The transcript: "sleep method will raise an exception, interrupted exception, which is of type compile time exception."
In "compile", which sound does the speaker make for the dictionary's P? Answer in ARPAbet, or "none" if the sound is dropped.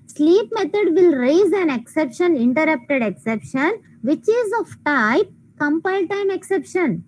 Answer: P